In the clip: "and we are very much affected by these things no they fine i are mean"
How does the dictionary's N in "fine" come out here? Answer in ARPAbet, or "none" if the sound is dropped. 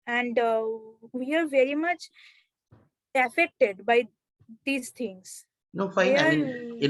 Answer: none